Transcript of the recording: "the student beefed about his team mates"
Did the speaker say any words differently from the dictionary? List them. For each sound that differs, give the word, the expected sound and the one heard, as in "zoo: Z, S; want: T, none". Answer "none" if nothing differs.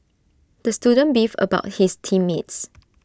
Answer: beefed: T, none; his: Z, S